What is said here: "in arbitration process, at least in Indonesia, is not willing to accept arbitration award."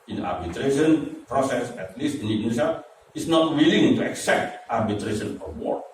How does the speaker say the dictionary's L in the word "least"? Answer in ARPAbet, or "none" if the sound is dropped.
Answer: L